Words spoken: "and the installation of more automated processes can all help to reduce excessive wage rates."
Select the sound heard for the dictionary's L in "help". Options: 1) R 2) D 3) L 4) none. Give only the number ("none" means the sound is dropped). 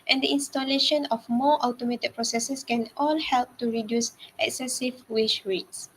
3